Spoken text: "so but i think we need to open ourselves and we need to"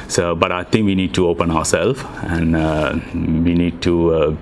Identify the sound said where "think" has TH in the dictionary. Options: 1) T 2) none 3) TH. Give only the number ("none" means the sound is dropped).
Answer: 1